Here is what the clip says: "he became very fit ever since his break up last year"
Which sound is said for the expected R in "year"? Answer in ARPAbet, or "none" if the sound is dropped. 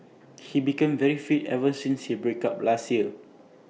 L